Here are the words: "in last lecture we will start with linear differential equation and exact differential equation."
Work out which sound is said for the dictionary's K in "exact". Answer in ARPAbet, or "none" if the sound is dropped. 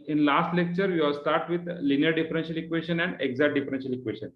none